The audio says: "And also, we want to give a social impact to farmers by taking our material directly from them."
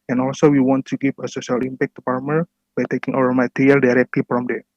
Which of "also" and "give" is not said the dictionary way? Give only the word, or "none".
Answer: give